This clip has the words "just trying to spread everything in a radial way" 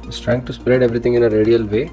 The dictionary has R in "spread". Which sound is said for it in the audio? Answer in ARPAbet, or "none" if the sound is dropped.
R